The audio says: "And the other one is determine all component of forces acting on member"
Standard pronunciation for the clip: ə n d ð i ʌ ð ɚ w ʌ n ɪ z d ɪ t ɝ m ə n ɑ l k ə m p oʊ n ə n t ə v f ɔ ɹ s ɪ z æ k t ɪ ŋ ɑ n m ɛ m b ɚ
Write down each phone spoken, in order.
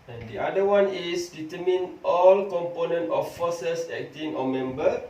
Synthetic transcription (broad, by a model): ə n d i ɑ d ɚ w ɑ n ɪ s d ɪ t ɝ m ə n ɑ l k ə m p oʊ n ə n t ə f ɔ s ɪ s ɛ k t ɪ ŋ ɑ m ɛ m b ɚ